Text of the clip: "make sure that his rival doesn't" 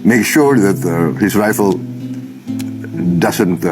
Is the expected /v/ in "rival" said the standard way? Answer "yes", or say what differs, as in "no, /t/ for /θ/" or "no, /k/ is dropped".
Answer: no, /f/ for /v/